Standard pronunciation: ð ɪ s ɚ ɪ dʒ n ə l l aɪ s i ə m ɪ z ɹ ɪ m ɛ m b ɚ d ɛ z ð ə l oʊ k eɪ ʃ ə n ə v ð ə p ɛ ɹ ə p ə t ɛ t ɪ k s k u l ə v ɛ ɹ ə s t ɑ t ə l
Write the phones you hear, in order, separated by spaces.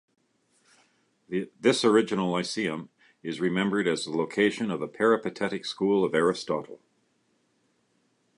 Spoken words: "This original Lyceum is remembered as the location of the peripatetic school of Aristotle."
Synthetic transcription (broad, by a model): ð ɪ s ɚ ɪ dʒ ə n l aɪ s i ə m ɪ z ɹ ɪ m ɛ m b ɚ d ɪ z ð ə l oʊ k eɪ ʃ ə n ə v ð ə p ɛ ɹ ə p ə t ɛ t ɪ k s k u l ə v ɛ ɹ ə s t ɑ t l